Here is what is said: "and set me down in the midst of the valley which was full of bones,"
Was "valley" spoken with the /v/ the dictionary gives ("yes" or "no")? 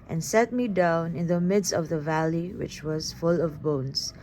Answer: yes